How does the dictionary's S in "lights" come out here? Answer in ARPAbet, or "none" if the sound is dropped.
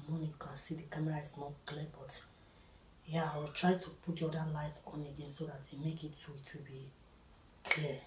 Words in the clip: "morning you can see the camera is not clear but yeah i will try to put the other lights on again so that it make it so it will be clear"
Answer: none